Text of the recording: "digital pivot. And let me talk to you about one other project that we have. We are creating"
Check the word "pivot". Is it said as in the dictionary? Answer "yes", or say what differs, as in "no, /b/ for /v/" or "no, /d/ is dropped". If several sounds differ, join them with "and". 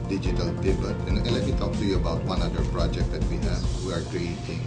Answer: no, /b/ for /v/